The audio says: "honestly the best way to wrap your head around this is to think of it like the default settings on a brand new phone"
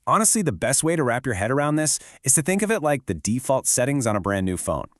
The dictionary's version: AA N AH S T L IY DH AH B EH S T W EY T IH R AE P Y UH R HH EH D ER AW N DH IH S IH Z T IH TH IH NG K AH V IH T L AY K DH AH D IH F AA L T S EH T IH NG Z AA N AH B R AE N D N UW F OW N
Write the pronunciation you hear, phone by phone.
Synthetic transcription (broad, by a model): AA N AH S T L IY DH AH B EH S T W EY T IH R AE P Y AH R HH EH D ER AW N DH IH S IH Z T IH TH IH NG K AH V IH T L AY K DH AH D IH F AA L T S EH T IH NG Z N AH B R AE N N UW F OW N